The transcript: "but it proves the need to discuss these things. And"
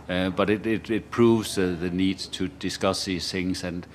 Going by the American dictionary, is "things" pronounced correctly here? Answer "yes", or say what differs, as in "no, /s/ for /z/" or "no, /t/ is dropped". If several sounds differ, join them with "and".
yes